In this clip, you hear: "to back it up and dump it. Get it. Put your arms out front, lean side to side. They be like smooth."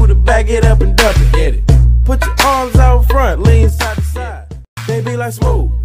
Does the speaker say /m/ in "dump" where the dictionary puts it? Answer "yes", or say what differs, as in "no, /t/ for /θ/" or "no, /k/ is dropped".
no, /m/ is dropped